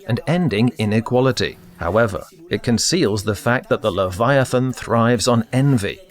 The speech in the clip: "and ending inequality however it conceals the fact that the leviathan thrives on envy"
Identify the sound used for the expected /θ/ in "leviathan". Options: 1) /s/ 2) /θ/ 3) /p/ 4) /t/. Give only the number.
2